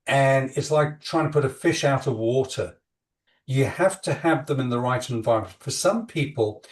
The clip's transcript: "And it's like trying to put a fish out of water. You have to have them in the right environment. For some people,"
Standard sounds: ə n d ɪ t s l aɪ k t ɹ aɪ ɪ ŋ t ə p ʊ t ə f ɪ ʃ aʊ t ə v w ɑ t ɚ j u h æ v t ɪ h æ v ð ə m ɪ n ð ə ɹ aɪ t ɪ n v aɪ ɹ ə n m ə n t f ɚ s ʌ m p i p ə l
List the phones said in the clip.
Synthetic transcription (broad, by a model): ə n ɪ t s l aɪ k t ɹ aɪ ɪ ŋ t ə p ʊ t ə f ɪ ʃ aʊ t ə v w ɑ t ɚ j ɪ h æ f t ɪ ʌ v ð ə m ɪ n ð ə ɹ aɪ t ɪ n v aɪ ɹ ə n m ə n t f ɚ s ʌ m p i p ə l